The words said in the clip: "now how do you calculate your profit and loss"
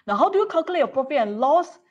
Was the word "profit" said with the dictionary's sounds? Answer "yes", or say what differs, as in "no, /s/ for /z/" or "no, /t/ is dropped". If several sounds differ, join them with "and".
no, /f/ is dropped